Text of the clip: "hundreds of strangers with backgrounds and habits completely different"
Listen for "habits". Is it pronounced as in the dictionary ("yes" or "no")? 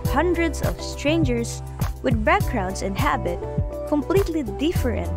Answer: no